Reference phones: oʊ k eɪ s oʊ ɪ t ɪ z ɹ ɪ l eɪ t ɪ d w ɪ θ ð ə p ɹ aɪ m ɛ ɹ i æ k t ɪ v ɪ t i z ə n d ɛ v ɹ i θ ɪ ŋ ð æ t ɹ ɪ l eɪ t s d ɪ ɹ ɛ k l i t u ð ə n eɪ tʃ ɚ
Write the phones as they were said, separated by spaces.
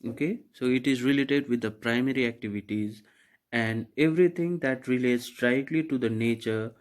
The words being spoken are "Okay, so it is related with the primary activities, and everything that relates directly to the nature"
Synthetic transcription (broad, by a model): oʊ k eɪ s oʊ ɪ t ɪ z ɹ ɪ l eɪ t ɪ d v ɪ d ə p ɹ aɪ m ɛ ɹ i æ k t ɪ v ɪ t i z ə n d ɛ v ɹ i t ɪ ŋ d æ t ɹ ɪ l eɪ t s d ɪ ɪ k l i t u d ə n eɪ tʃ ɚ